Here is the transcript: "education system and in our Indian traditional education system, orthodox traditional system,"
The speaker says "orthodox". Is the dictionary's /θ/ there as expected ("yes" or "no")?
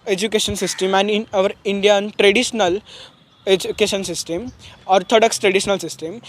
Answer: no